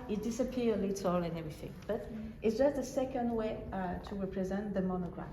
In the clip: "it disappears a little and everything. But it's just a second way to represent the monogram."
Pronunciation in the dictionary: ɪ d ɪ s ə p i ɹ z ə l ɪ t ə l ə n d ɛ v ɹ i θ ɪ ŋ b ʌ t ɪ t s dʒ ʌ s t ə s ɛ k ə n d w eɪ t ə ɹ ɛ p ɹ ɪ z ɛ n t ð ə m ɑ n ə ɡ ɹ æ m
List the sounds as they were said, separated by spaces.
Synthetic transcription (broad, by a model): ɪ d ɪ s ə p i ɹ ə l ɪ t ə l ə n ɛ v ɹ i θ ɪ ŋ b ʌ t ɪ t s dʒ ʌ s t ə s ɛ k ə n d w eɪ t ə ɹ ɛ p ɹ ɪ z ɛ n ð ə m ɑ n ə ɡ ɹ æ